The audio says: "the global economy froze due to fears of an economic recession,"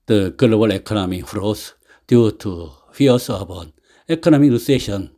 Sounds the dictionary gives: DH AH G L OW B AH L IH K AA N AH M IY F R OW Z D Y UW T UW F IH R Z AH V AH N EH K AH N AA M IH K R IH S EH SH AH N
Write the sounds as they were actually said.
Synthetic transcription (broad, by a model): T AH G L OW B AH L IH K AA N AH M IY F R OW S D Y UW T UW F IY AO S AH B AH N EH K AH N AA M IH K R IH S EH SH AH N